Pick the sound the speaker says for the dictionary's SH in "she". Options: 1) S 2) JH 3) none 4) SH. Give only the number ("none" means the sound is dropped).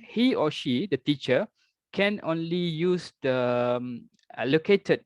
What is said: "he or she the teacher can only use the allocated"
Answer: 4